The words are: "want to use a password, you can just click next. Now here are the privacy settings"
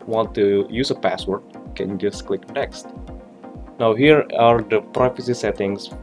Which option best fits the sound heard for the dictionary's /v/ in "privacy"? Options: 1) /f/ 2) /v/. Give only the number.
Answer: 1